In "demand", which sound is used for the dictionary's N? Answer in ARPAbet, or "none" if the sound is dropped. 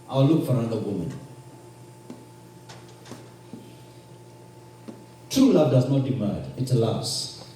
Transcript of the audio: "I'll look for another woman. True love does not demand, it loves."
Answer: none